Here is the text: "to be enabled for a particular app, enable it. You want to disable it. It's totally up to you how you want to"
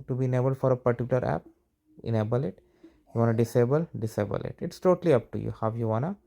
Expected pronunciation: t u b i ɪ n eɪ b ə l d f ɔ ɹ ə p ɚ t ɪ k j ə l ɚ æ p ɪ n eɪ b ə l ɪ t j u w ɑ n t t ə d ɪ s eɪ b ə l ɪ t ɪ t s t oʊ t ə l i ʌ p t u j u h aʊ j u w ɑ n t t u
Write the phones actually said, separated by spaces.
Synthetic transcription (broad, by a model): t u b i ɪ n eɪ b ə l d f ɔ ɹ ə p ɚ t ɪ k j ə l ɚ æ p ɪ n eɪ b ə l ɪ t j u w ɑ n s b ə d ɪ s eɪ b ə l ɪ t ɪ t s t oʊ t ə l i ʌ p t u j u h aʊ j u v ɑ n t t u